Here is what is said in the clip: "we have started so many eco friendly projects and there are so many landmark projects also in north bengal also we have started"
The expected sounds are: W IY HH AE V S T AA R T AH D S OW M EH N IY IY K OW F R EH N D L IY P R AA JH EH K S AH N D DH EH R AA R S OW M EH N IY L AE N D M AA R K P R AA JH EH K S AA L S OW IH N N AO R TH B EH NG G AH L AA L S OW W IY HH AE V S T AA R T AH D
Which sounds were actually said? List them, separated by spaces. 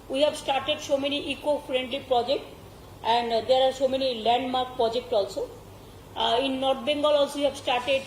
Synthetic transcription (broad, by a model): W IY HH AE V S T AA R T AH D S OW M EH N IY IY K OW F R EH N D L IY P R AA JH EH K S AH N D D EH R AA R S OW M EH N IY L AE N D M AA R K P R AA JH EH K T AA L S OW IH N N AO R T B EH NG G AH L AA L S OW W IY HH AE B S T AA R T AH D